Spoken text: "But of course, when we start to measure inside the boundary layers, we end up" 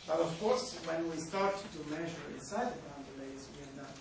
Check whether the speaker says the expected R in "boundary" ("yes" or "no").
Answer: no